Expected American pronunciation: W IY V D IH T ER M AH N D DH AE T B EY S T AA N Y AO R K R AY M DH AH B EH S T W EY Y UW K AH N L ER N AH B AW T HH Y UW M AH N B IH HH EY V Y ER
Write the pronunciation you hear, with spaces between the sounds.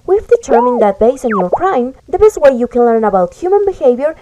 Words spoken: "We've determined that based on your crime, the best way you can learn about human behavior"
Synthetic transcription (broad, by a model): W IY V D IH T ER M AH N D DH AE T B EY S AA N Y AO R K R AY M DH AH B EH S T W EY Y UW K AH N L ER N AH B AW T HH Y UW M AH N B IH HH EY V Y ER